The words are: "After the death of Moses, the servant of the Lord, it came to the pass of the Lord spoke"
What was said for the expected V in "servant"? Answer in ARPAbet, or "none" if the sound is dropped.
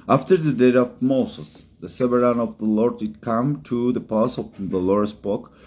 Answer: none